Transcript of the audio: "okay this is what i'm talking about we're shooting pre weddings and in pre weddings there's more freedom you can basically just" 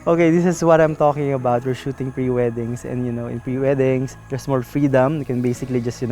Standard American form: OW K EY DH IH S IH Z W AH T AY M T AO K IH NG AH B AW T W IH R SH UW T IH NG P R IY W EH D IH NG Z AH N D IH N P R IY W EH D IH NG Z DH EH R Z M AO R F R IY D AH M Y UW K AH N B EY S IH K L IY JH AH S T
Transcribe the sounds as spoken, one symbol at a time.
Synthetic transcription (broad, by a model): OW K EY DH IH S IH S W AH T AY M T AO K IH NG AH B AW T W IH R SH UW T IH NG P R IY W EH D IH NG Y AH N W IH N P R IY W EH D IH NG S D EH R S M AO L F R IY D AH M K AH N B EY S IH K L IY JH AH S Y